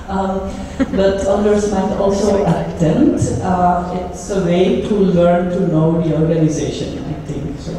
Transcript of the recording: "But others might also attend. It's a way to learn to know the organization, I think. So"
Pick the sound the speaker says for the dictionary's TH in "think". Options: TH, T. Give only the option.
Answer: T